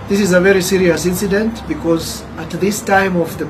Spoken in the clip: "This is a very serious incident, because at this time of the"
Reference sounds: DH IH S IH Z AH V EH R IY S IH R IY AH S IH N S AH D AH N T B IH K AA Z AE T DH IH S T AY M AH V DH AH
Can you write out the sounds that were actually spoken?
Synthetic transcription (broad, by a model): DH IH S IH Z AH V EH R IY S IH R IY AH S IH N S AH D AH N T B IH K AA Z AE T DH IH S T AY M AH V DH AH